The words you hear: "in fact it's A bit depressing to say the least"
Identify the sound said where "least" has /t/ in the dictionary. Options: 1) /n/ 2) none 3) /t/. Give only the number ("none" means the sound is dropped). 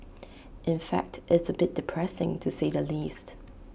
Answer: 3